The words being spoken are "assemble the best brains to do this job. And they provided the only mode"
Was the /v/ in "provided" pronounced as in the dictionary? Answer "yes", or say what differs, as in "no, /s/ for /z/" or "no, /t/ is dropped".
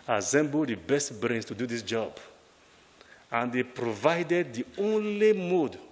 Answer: yes